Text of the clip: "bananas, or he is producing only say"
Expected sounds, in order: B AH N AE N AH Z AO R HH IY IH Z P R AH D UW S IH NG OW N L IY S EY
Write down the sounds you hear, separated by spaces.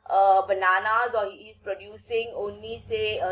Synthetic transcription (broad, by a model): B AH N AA N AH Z AO R HH IY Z P R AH D UW S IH NG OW N IY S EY